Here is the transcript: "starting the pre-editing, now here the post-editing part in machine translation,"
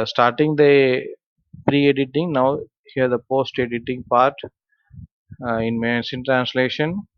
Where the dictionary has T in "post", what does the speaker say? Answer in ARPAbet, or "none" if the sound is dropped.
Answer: T